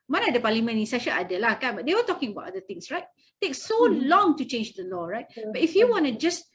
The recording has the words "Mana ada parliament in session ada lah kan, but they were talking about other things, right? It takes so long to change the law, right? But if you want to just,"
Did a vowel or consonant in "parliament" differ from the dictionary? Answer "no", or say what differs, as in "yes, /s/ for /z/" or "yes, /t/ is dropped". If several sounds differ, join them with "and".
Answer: yes, /t/ is dropped